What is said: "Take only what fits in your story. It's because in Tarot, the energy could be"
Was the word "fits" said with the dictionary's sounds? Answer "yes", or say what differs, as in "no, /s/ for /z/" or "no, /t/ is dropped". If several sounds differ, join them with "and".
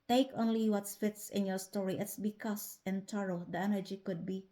yes